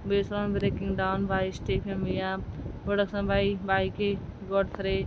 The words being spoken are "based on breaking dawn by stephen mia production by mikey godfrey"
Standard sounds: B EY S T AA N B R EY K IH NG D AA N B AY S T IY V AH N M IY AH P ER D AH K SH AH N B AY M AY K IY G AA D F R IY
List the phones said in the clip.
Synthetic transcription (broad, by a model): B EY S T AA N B R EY K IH NG D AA N B AY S T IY P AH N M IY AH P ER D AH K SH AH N B AY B AY K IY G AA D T R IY